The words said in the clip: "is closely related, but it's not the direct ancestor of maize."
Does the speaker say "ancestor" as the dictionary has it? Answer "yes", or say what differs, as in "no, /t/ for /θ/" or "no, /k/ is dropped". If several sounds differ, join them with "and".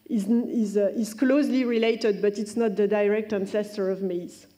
yes